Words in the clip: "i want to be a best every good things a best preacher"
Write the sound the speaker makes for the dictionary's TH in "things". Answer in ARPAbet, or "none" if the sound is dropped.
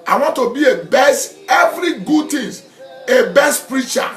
T